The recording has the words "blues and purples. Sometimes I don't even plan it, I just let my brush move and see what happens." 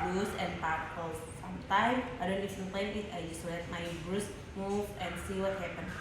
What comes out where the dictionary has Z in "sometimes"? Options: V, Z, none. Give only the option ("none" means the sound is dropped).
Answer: none